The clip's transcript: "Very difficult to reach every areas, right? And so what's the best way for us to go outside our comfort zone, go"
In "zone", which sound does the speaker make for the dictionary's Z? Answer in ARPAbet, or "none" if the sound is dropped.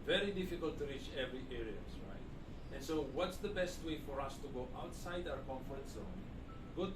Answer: S